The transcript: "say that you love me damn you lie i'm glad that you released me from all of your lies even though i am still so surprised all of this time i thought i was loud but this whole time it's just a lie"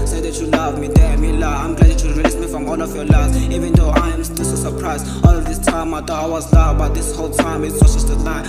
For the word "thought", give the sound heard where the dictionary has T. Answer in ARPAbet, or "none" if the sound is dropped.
none